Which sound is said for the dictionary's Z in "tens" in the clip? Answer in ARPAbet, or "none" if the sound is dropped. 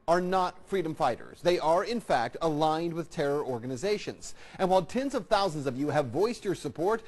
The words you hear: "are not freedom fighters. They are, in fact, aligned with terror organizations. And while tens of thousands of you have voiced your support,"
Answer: Z